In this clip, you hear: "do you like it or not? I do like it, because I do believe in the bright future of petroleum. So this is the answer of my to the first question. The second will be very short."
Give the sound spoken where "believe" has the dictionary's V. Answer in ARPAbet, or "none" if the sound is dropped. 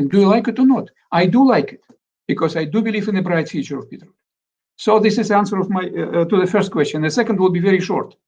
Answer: V